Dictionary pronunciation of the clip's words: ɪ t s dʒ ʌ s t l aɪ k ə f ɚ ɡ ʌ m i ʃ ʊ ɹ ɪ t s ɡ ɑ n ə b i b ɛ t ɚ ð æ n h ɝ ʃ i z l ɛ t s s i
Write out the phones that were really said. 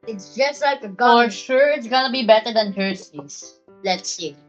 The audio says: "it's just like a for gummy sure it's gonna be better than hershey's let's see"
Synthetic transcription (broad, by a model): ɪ t s dʒ ʌ s t l aɪ k ə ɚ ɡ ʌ i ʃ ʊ ɹ ɪ t s ɡ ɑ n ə b i b ɛ t ɚ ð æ n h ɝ s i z l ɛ t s s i